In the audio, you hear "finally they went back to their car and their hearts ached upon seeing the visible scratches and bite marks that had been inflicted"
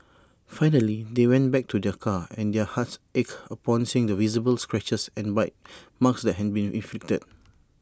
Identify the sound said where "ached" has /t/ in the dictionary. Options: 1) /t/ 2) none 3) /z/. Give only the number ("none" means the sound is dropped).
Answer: 2